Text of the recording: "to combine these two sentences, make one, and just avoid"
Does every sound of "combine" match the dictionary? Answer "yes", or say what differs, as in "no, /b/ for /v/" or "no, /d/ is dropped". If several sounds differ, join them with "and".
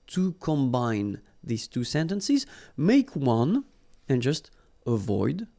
yes